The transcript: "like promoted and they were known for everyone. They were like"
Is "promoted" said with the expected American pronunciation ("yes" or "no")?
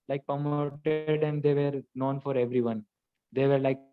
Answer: no